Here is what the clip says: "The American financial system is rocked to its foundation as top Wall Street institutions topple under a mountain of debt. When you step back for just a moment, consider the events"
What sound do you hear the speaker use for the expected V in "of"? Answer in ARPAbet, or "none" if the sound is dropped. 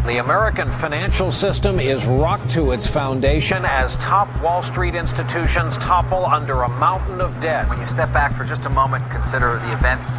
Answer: V